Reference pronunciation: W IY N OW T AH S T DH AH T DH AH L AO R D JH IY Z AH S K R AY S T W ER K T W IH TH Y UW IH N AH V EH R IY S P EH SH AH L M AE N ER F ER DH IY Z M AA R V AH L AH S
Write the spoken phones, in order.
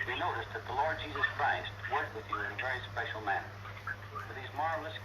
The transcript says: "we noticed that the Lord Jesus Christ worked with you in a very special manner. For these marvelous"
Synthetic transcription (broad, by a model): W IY N OW T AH S DH AH T DH AH L AO R D JH IY Z AH S K R AY S T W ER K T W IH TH IH N AH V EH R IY S P EH SH L M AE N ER F ER DH IY Z M AA R V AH L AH S